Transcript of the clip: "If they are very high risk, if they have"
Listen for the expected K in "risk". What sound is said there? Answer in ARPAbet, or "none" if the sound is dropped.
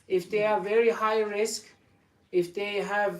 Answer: K